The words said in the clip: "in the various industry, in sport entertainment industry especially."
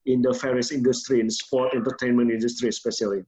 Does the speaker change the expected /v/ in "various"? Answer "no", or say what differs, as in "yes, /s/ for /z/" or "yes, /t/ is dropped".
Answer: yes, /f/ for /v/